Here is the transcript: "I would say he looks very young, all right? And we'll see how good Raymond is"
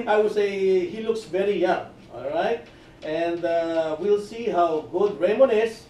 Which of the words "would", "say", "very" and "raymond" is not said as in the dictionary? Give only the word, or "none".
raymond